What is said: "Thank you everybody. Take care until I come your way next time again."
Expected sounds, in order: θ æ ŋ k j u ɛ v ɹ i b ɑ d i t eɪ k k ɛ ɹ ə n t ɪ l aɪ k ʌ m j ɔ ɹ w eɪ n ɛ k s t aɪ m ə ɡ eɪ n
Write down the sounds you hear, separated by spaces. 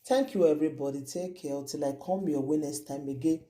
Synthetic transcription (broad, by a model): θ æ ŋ k j u ɛ v ɹ i b ɑ d i t eɪ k k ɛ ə t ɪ l aɪ k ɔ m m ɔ w eɪ n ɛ s t aɪ m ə ɡ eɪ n